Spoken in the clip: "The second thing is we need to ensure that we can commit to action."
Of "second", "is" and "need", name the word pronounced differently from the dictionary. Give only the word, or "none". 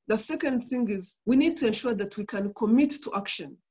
none